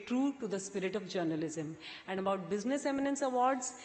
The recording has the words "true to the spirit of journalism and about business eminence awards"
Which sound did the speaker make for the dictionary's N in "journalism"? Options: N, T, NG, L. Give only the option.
N